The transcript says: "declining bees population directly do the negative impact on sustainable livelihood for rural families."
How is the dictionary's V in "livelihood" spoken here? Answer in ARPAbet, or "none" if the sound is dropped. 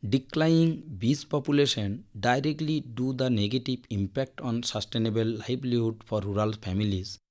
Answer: B